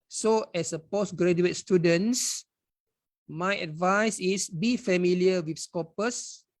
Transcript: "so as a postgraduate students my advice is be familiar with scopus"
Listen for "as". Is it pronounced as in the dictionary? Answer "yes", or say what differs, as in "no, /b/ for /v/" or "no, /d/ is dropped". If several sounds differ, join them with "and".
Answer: no, /s/ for /z/